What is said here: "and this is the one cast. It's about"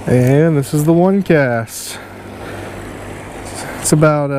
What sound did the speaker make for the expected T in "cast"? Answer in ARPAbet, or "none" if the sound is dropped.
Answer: T